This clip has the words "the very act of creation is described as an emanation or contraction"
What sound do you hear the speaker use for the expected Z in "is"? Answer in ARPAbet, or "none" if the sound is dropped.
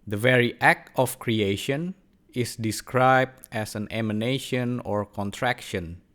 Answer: S